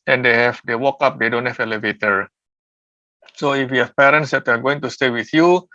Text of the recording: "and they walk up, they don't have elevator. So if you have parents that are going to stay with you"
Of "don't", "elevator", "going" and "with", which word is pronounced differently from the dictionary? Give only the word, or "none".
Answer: none